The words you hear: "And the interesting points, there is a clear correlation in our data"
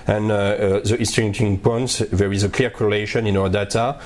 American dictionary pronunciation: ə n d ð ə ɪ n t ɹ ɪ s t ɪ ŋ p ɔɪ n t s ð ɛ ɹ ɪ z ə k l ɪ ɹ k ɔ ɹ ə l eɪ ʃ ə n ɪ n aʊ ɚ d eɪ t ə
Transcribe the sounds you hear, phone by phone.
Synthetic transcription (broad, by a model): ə n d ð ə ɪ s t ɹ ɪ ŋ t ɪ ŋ p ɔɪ n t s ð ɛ ɹ ɪ z ə k l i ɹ k ɔ ɹ ə l eɪ ʃ ə n ɪ n aʊ ɚ d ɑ t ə